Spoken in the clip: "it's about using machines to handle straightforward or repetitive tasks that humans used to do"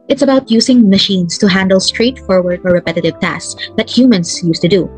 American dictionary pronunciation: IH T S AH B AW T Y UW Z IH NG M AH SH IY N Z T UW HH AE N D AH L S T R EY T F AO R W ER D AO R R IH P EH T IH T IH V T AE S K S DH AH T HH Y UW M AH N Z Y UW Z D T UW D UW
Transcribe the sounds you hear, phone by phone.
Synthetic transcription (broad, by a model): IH T S AH B AW T Y UW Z IH NG M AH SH IY N S T UW HH AE N D AH L S T R EY T F AO R W ER D AO R R IH P EH T IH T IH V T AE S S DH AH T HH Y UW M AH N S Y UW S T UW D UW